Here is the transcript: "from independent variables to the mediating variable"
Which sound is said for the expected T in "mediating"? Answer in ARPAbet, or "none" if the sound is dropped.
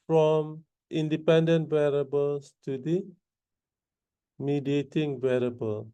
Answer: T